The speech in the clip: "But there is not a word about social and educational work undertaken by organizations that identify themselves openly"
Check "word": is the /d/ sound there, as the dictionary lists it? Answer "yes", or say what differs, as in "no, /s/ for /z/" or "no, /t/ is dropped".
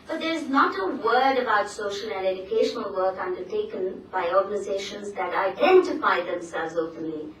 yes